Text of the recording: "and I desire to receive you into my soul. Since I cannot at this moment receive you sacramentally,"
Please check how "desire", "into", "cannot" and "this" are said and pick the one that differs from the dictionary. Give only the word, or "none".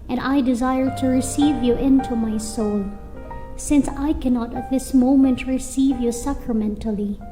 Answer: none